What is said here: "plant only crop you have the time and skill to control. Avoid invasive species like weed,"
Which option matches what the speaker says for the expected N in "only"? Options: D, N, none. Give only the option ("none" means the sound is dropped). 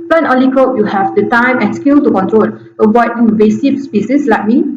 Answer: none